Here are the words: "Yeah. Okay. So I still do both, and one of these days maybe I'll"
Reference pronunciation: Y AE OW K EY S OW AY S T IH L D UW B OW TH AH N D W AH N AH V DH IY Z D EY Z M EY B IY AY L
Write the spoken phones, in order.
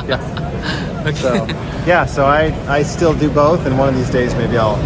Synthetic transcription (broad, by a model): Y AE OW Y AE S OW AY S T IH L D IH B OW TH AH N W AH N AH V DH IY Z D EY Z M EY B IY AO L